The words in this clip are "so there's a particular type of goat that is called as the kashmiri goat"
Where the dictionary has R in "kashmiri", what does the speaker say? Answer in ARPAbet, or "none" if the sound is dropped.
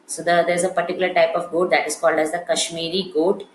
R